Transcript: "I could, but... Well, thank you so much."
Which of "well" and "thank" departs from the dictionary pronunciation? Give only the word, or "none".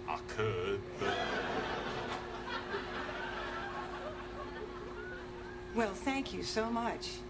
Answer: none